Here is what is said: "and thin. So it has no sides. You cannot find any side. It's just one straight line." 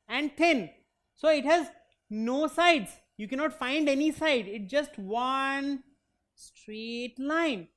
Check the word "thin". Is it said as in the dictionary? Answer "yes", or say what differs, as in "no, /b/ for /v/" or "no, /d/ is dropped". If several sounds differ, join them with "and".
no, /t/ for /θ/